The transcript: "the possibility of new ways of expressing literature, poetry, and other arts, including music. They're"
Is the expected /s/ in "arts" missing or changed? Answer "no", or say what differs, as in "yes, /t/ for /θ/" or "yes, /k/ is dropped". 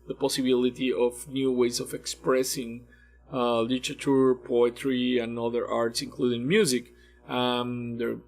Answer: no